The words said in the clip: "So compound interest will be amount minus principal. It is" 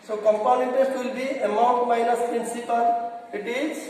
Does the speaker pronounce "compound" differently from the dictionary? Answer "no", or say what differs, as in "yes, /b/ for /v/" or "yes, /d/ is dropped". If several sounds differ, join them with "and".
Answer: yes, /d/ is dropped